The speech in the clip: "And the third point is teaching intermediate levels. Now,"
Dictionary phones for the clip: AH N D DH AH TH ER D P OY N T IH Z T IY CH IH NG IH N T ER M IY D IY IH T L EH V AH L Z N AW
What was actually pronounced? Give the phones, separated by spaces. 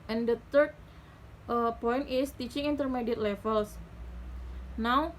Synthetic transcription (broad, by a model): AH N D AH T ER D P OY N T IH S T IY CH IH NG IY N T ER M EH D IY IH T L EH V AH L S N AW